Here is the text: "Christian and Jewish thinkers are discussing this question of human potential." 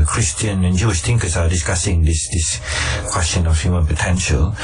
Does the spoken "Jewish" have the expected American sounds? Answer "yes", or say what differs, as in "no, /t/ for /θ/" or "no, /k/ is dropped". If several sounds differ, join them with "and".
yes